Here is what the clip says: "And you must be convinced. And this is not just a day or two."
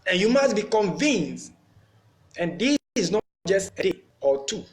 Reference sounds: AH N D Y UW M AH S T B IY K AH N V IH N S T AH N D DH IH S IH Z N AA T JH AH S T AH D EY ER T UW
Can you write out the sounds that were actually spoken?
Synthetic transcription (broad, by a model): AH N Y UW M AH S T B IY K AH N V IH N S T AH N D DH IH IH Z N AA JH AH S T AH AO T UW